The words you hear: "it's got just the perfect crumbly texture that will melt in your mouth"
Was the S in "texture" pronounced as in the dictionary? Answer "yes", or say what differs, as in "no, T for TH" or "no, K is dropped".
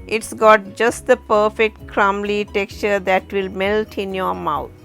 yes